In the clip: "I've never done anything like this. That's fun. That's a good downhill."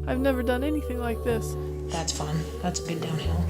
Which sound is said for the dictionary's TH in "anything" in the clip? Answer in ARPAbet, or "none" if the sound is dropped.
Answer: TH